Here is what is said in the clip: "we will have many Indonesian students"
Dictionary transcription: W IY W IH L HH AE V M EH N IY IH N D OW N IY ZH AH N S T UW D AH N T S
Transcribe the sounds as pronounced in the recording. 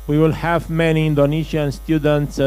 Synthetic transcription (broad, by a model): W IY W IH L HH AE V M EH N IY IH N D OW N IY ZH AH N S T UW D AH N T S